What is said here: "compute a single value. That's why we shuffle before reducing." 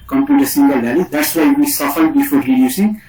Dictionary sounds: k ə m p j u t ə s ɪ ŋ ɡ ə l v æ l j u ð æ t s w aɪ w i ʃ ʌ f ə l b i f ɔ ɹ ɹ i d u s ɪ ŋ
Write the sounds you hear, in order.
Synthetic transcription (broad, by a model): k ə m p j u t ə s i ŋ ɡ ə l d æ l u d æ t s w aɪ w i s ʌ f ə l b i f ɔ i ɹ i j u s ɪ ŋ